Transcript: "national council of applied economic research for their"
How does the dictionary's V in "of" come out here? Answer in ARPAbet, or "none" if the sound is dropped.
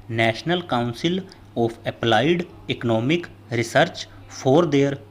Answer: P